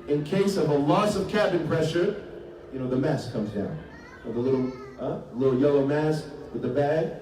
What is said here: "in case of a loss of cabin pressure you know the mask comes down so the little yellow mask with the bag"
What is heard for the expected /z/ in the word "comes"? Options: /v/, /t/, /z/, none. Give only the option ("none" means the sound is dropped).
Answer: /z/